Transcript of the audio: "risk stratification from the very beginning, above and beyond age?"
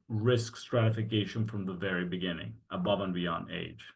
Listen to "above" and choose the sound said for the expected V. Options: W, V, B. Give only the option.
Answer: V